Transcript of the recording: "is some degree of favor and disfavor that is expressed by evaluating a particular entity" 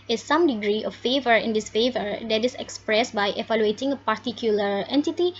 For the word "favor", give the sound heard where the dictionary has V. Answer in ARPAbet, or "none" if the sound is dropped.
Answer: V